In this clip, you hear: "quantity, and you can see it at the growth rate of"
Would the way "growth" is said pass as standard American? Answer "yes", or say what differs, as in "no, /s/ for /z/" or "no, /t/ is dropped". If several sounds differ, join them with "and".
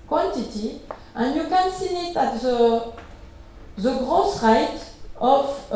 no, /s/ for /θ/